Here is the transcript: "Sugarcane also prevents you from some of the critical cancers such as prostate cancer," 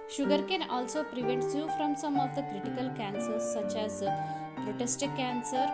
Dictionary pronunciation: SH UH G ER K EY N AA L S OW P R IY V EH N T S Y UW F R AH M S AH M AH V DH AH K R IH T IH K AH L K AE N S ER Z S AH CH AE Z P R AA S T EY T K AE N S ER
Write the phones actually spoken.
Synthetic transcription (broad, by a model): SH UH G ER K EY N AA L S OW P R IY V EH N T S Y UW F R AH M S AH M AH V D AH K R IH T IH K AH L K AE N S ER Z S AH CH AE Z P R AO T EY T K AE N S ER